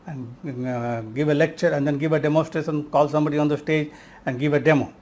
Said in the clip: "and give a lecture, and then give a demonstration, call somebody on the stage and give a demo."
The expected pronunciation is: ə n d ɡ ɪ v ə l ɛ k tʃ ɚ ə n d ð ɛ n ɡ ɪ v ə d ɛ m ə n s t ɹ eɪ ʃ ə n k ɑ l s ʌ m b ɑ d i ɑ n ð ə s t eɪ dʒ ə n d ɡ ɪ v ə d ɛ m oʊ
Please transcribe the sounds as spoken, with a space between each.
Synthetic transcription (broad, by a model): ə n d ɡ ɪ v ə l ɛ k tʃ ɚ ə n d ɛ n ɡ ɪ v ə d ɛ m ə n s t ɹ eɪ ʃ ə n k ɑ l s ʌ m b ɑ d i ɑ n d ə s t eɪ dʒ ə n d ɡ ɪ v ə d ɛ m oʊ